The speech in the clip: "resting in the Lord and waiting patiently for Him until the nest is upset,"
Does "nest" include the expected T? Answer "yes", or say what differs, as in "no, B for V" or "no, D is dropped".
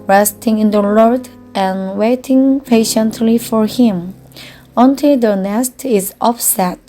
yes